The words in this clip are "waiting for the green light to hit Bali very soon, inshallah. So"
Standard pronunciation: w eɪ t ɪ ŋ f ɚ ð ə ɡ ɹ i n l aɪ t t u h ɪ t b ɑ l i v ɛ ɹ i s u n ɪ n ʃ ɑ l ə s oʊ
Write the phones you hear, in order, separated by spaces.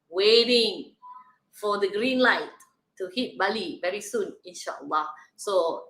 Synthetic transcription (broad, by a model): w eɪ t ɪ ŋ f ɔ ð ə ɡ ɹ i n l aɪ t t u h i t b ɑ l i v ɛ ɹ i s u n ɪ n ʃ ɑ w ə s oʊ